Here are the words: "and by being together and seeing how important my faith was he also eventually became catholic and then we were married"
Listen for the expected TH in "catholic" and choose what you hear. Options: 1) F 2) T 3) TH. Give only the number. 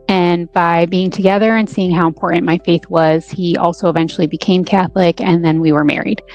3